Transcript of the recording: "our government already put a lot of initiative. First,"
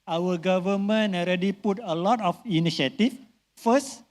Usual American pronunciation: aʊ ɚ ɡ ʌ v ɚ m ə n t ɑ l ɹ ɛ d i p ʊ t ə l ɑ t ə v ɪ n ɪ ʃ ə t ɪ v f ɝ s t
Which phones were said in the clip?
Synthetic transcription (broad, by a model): aʊ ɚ ɡ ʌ v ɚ m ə n ɑ l ɹ ɛ d i p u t ə l ɑ t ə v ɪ n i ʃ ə t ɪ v f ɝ s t